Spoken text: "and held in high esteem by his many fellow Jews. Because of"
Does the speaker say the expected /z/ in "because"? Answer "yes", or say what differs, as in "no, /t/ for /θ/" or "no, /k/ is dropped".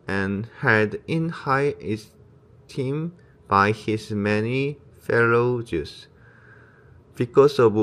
no, /s/ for /z/